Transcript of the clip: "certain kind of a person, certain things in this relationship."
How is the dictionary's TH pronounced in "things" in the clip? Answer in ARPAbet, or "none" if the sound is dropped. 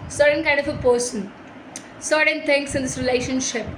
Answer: T